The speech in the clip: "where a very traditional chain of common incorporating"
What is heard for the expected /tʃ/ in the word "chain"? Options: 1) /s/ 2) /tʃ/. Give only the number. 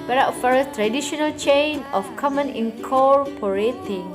2